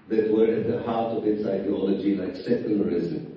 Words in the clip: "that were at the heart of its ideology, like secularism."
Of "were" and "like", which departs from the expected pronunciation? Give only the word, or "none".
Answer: like